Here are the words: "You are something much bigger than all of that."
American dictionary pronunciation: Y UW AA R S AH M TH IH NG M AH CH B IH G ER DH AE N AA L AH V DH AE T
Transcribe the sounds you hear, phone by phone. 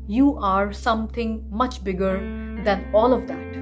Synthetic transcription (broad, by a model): Y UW AA R S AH M T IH NG M AH CH B IH G ER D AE N AA L AH V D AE T